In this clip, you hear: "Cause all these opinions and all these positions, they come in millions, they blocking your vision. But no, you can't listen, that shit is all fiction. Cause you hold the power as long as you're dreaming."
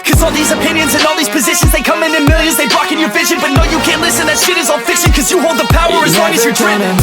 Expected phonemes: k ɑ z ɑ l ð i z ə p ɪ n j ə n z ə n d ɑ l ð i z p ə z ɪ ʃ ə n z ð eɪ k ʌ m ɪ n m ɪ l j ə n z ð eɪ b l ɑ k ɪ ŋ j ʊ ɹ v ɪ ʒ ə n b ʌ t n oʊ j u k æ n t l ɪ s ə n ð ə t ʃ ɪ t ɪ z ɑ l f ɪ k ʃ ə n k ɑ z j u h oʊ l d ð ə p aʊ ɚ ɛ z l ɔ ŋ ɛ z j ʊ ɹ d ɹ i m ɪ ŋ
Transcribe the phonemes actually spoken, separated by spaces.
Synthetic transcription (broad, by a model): k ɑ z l ð i z ə p ɪ n j ə n z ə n ɑ l ð i z p ə z ɪ ʃ ə n z ð eɪ k ʌ m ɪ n m ɪ l j ə n z ð eɪ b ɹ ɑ k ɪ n j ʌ ɹ v ɪ ʒ ə n b ʌ t n oʊ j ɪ k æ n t l ɪ s ə n ð ə t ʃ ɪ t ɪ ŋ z f ɪ k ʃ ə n k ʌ z j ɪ h oʊ l d ð ə p aʊ ɚ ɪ z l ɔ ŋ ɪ z j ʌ ɹ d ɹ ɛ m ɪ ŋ